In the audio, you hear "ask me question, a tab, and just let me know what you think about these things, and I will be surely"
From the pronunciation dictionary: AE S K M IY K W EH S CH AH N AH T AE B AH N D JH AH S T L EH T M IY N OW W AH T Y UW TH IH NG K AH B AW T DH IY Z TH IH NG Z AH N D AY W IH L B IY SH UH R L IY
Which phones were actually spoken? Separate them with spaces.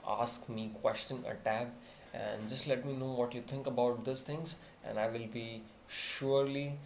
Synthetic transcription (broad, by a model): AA S K M IY K W EH S CH AH N AH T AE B AH N D JH AH S T L EH T M IY N OW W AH T Y UW T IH NG K AH B AW T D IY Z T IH NG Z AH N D AY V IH L B IY SH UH R L IY